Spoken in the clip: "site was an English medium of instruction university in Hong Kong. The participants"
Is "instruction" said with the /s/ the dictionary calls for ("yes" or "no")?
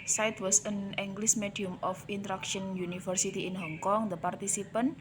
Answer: no